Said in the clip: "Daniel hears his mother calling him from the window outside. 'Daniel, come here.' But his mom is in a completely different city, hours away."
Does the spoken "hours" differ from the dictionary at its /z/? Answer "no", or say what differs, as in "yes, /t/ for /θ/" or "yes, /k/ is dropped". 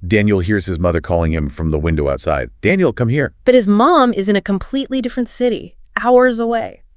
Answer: no